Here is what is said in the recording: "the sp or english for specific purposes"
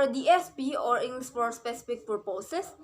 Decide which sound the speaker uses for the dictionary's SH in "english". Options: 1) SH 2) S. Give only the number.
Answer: 2